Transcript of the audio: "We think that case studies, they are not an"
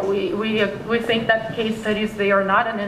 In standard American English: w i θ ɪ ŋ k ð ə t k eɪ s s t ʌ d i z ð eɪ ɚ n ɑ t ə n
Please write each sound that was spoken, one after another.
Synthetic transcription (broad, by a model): w i θ ɪ ŋ k ð ə t k eɪ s s t ʌ d i z ð eɪ ɚ n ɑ t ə n